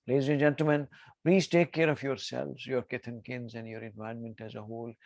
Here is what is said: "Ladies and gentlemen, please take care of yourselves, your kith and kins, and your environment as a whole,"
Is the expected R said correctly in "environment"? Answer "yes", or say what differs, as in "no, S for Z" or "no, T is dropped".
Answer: no, R is dropped